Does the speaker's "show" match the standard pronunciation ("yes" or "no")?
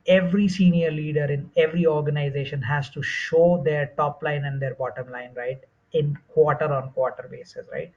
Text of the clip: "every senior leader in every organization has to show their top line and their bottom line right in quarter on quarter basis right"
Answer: yes